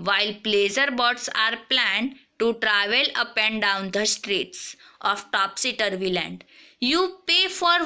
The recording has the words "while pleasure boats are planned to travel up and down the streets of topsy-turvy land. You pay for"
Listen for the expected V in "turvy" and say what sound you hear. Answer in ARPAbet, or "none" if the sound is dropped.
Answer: V